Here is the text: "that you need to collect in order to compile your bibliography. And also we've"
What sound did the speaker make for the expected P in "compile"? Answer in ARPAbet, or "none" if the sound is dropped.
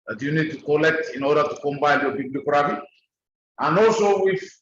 B